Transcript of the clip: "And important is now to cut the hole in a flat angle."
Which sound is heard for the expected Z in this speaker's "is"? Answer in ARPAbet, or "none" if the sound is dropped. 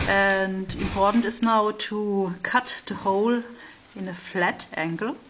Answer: S